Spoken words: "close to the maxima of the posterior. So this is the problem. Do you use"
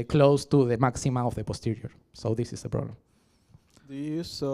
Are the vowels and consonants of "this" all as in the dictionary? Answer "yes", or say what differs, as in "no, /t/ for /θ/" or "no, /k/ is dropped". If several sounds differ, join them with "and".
yes